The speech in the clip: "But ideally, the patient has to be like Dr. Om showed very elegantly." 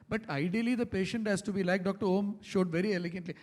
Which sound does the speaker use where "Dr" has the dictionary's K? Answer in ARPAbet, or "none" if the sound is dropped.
K